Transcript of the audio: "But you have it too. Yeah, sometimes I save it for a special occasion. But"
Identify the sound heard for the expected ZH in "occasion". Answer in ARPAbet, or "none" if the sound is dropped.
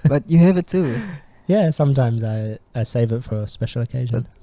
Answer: ZH